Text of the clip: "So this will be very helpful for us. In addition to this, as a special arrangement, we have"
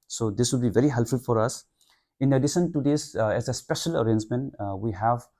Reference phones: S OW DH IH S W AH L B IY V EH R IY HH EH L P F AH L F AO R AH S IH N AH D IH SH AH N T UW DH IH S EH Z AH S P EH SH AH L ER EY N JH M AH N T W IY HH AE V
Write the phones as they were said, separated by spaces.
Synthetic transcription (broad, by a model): S OW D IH S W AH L B IY V EH R IY HH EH L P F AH L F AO R AH S IH N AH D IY S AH N T UW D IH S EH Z AH S P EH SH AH L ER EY N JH M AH N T W IY HH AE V